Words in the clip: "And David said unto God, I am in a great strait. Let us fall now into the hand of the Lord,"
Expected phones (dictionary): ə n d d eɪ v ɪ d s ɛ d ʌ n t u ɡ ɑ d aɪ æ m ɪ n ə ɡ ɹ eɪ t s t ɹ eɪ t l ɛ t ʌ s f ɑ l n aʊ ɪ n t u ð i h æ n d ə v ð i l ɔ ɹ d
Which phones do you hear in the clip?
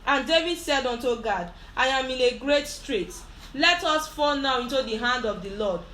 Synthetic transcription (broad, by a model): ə n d d eɪ v ɪ d s ɛ d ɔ n t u ɡ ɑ d aɪ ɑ m ɪ n ə ɡ ɹ eɪ t s t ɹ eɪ t l ɛ t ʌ s f ɑ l n aʊ ɪ n t u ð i h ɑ n d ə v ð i l ɔ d